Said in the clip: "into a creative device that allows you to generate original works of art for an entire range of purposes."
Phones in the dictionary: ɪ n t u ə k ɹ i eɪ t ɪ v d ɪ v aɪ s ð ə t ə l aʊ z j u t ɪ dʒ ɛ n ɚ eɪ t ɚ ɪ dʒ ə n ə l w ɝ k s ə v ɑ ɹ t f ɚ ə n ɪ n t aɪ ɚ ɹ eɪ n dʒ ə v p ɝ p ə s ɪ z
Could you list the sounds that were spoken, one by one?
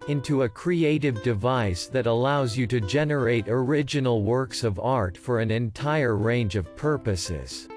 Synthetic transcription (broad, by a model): ɪ n t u ə k ɹ i eɪ t ɪ v d ɪ v aɪ s ð ə t ə l aʊ z j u t ɪ dʒ ɛ n ɚ eɪ t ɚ ɪ dʒ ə n l w ɝ k s ə v ɑ ɹ t f ɚ ə n ɪ n t aɪ ɚ ɹ eɪ n dʒ ə v p ɝ p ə s ɪ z